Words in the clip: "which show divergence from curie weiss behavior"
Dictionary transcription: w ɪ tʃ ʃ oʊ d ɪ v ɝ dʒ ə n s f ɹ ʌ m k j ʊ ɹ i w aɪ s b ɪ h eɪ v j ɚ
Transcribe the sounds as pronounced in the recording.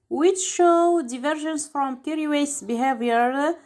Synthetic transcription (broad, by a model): w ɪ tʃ ʃ oʊ d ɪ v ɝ ʒ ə n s f ɹ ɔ m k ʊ ɹ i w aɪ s b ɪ h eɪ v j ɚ